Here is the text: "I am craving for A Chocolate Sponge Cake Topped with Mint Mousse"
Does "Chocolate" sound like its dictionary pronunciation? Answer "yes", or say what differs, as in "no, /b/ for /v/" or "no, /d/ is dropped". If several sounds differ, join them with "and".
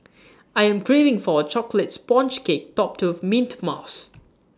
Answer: yes